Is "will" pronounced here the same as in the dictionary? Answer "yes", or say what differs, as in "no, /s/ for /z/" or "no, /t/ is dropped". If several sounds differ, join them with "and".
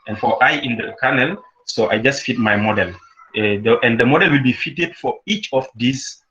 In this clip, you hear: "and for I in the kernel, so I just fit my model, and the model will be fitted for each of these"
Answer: yes